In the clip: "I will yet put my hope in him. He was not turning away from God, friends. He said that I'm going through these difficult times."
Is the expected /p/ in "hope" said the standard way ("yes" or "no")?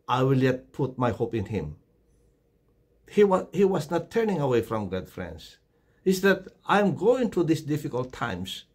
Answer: yes